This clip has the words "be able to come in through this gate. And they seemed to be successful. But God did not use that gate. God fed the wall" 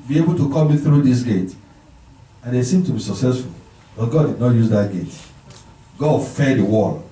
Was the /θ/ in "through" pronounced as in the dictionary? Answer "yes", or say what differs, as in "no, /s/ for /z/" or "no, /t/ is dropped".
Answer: yes